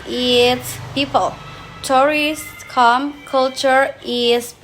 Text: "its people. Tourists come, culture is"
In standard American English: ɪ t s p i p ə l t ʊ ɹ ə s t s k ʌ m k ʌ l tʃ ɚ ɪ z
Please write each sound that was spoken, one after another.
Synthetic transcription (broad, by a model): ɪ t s p i p ə l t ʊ ɹ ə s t k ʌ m k ʌ l tʃ ɚ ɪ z